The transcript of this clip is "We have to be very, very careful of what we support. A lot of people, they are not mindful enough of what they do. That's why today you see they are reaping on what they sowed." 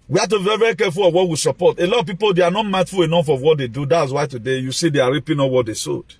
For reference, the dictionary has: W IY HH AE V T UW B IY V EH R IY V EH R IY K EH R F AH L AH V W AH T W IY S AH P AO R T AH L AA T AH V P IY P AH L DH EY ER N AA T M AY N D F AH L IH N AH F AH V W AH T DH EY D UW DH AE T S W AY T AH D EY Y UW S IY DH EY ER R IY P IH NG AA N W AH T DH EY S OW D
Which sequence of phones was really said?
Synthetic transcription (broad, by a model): W IY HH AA T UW B IY V EH R IY V EH R IY K EH F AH L AH V W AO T W IY S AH P AO T AH L AA T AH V P IY P AH L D EY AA N AA T M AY D F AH L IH N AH F AH V W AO T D EY D UW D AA T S W AY T AH D EY Y UW S IY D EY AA R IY P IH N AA W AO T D EY S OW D